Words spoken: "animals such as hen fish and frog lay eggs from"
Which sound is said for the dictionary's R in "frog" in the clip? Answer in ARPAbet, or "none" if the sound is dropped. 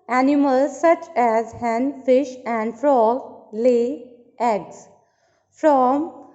R